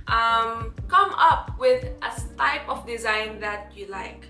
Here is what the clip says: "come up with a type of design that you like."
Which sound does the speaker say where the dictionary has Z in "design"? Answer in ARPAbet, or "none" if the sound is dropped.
Z